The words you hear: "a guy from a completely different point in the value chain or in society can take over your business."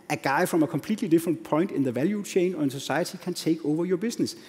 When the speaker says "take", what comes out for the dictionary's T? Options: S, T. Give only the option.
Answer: S